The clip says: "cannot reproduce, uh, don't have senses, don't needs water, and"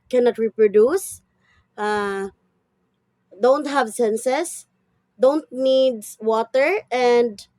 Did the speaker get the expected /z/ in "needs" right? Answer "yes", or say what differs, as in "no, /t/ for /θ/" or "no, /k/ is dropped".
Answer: no, /z/ is dropped